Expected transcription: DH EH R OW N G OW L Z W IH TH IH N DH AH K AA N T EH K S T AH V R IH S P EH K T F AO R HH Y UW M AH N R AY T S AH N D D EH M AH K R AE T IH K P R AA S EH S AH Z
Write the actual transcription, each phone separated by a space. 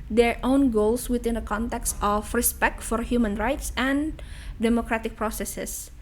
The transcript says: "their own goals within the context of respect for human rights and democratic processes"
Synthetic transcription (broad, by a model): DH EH R OW N G OW L S W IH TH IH N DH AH K AA N T EH K S T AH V R IH S P EH K T F AO R HH Y UW M AH N R AY T S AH N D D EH M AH K R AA T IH K P R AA S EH S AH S